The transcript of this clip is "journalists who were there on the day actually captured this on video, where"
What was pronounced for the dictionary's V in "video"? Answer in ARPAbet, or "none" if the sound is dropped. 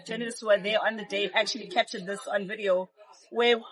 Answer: V